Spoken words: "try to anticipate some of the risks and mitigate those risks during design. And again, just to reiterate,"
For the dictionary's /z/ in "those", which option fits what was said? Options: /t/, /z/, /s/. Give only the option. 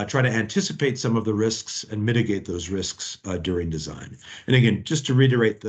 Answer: /z/